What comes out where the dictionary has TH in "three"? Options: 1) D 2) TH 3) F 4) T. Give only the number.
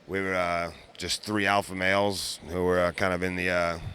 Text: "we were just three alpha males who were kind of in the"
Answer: 2